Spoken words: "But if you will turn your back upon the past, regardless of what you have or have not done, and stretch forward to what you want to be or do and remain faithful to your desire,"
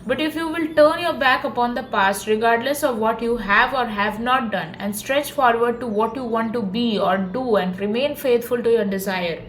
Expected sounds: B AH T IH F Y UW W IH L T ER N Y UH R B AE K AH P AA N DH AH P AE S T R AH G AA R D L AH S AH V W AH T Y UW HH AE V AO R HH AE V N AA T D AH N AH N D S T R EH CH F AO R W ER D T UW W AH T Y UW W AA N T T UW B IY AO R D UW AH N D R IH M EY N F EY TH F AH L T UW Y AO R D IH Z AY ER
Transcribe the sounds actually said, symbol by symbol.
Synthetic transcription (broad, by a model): B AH T IH F Y UW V IH L T ER N Y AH R B AE K AH P AA N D AH P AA S T R AH G AA R D L AH S AH V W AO T Y UW HH AE V AO R HH AE V N AA T D AH N AH N D S T R EH CH F AO R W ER D T UW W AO T Y UW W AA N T T UW B IY AO R D UW AH N D R IH M EY N F EY T F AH L T UW Y AO R D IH Z AY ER